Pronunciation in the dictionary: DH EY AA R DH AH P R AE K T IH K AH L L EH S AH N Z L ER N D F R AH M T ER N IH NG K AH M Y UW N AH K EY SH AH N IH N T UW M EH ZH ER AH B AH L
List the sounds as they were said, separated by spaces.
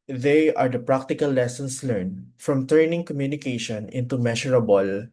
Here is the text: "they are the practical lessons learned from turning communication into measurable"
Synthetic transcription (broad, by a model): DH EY AA R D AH P R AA K T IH K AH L L EH S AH N S L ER N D F R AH M T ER N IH NG K AH M Y UW N AH K EY SH AH N IH N T UW M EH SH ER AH B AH L